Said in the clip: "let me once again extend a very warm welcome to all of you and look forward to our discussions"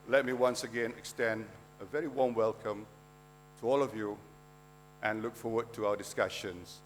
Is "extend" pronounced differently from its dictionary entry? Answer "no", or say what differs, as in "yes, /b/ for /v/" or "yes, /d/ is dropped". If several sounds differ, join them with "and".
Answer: no